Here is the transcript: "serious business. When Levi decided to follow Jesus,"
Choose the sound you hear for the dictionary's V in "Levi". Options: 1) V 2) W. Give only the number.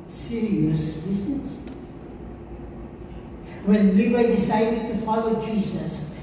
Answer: 2